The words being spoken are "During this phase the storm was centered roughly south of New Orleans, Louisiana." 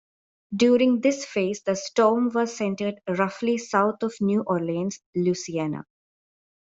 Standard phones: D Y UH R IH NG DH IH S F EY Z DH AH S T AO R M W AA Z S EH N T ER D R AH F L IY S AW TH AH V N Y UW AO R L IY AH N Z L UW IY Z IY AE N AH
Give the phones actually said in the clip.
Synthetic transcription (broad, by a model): D Y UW R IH NG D IH S F EY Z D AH S T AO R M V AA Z S EH N T ER D R AH F L IY S AW T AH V N Y UW AO R L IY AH N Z L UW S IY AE N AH